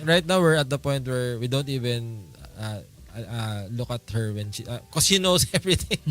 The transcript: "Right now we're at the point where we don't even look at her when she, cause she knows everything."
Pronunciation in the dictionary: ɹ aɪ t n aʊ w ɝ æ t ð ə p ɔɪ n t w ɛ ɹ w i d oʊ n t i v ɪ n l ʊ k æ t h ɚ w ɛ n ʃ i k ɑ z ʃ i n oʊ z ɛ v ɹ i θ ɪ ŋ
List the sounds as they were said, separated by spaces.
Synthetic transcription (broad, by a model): ɹ aɪ t n aʊ w ɝ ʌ t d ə p ɔɪ n t w ɛ ɹ w i d oʊ n t i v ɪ n l ʊ k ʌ t h ɚ w ɛ n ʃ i k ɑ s ʃ i n oʊ s ɛ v ɹ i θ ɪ ŋ